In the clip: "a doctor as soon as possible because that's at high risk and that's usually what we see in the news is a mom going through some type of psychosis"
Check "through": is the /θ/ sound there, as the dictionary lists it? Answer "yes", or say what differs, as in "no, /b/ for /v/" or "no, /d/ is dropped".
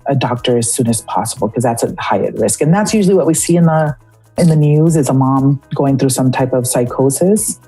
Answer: yes